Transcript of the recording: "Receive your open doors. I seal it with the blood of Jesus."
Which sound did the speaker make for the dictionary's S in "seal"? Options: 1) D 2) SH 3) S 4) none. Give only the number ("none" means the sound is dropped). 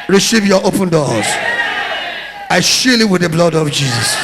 2